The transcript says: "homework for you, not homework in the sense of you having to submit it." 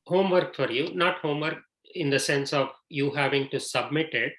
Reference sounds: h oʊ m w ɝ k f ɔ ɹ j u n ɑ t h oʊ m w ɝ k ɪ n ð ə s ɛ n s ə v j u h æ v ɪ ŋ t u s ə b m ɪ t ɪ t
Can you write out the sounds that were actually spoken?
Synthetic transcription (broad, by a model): h oʊ m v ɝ k f ɔ ɹ j u n ɑ t h oʊ m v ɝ k ɪ n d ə s ɛ n s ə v j u h æ v ɪ ŋ t u s ə b m ɪ t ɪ t